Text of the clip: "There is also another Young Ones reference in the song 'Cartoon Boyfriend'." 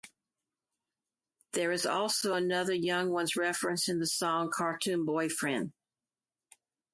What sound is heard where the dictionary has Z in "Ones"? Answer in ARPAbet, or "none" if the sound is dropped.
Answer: Z